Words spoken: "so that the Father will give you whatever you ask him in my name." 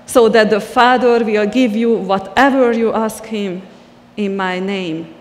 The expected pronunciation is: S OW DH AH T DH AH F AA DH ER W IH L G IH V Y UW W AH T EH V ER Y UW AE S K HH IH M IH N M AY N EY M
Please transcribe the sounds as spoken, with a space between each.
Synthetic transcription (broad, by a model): S OW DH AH T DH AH F AA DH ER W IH L G IH V Y UW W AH T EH V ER Y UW AE S K HH IH M IH N M AY N EY M